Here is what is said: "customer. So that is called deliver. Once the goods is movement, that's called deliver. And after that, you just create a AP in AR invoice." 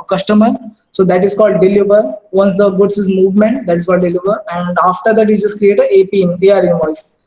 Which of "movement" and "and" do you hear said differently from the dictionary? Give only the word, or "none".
none